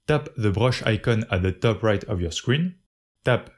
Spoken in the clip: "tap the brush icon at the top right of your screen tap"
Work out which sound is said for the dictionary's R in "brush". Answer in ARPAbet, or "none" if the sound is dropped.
R